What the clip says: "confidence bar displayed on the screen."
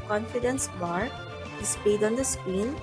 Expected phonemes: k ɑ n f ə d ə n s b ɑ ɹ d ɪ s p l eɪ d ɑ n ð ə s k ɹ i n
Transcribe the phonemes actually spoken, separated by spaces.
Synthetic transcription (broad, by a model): k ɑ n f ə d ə n s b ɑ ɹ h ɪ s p eɪ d ɑ n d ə s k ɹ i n